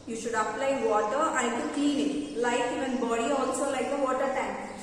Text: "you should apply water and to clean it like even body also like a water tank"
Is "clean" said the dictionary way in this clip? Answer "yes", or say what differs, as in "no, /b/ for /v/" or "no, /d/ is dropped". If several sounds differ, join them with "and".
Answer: no, /l/ is dropped